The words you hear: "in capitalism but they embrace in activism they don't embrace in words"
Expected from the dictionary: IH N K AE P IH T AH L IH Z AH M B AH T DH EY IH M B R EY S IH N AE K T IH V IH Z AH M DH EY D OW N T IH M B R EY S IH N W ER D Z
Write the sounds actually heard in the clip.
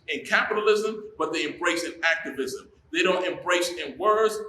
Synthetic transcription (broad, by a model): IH N K AE P IH T AH L IH Z AH M B AH T DH EY IH M B R EY S IH N AE K T IH V IH Z AH M DH EY D OW N T IH M B R EY S IH N W ER D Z